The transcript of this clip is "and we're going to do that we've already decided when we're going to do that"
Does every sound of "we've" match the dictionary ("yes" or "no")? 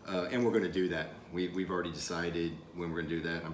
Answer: no